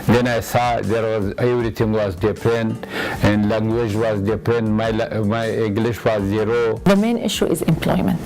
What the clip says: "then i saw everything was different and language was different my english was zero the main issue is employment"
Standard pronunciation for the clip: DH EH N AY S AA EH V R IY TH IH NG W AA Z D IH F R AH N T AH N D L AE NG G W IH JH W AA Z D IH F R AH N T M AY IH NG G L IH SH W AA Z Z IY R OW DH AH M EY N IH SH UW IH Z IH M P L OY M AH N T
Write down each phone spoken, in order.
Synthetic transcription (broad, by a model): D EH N AY S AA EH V R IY T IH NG W AA Z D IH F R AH N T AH N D L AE NG G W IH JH W AA Z D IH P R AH N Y M AY IH NG G L IH SH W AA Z Z IY R OW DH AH M EY N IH SH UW IH Z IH M P L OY M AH N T